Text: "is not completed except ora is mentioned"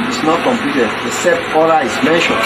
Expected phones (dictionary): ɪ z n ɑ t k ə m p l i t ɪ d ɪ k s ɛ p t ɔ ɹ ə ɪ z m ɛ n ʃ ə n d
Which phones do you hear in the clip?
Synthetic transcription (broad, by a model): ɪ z n ɑ t k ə m p l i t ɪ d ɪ s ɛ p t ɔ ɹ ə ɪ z m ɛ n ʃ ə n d